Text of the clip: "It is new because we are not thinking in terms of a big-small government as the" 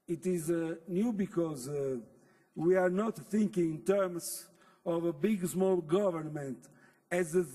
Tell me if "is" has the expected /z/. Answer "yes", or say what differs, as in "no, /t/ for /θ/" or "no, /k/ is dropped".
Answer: yes